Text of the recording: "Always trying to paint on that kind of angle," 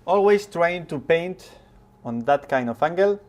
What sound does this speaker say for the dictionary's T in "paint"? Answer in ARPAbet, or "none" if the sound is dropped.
T